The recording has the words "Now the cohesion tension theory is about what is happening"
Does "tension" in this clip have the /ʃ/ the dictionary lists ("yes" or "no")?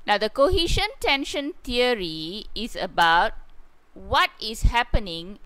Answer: yes